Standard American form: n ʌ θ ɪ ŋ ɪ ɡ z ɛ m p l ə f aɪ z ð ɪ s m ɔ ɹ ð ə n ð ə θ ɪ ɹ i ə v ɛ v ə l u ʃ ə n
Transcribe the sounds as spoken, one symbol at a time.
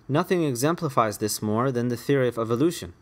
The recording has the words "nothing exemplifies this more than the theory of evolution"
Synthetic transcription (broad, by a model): n ʌ θ ɪ ŋ ɪ ɡ z ɛ m p l ə f aɪ z ð ɪ s m ɔ ɹ ð ə n ð ə θ ɪ ɹ i ə v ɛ v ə l u ʃ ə n